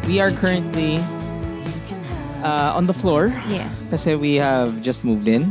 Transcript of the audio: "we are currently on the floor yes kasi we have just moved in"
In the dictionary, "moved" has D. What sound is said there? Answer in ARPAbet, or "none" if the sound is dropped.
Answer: D